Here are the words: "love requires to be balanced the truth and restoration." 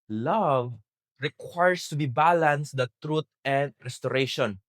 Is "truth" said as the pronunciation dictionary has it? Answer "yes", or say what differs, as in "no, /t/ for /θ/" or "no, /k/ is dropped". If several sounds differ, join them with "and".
no, /t/ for /θ/